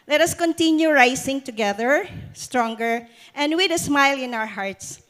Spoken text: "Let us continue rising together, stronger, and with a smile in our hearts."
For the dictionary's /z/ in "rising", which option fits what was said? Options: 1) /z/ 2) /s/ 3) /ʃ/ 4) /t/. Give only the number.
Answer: 2